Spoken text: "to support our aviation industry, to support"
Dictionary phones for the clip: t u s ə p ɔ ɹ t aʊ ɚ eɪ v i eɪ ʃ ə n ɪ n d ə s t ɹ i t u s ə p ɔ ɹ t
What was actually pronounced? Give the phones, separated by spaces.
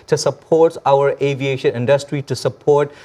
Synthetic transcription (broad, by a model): t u s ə p ɔ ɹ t aʊ ɚ eɪ v i eɪ ʃ ə n ɪ n d ə s t ɹ i t u s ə p ɔ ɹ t